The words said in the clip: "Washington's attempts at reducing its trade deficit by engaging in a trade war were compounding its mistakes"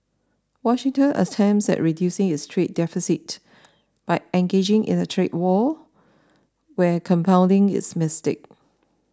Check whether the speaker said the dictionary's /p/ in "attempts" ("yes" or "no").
no